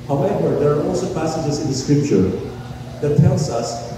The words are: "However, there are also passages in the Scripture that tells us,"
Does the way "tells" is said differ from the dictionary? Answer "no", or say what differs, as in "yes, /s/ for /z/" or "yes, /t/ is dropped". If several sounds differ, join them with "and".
yes, /s/ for /z/